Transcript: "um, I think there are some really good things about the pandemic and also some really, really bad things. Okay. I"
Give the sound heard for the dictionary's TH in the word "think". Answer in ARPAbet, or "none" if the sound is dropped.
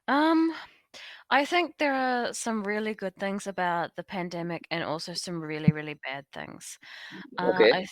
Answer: TH